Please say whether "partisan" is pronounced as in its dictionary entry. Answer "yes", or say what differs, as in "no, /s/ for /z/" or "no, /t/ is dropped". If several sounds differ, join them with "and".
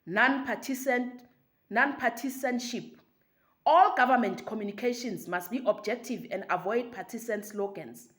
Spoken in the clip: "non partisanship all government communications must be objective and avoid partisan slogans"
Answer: no, /s/ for /z/